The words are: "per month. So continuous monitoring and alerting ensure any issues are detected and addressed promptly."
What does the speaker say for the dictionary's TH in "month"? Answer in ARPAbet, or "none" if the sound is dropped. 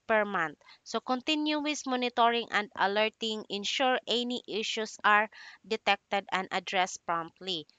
T